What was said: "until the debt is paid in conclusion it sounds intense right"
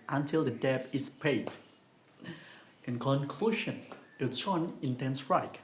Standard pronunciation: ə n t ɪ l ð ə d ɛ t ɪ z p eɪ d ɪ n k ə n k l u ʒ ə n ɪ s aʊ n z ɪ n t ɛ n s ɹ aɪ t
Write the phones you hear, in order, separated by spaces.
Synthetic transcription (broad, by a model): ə n t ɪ l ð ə d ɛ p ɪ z p eɪ d ɪ n k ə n k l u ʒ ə n ɪ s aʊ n ɪ n t ɛ n s ɹ aɪ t